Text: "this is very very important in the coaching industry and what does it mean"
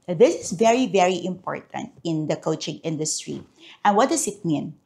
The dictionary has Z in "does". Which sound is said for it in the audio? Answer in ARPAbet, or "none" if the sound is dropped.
S